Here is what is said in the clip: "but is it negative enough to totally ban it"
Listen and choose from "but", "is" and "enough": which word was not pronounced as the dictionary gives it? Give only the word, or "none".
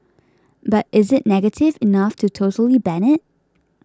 none